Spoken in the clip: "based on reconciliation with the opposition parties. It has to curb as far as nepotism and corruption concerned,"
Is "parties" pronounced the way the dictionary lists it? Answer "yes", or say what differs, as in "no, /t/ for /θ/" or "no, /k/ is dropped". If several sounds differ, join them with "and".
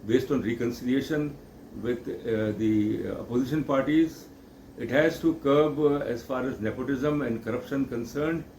yes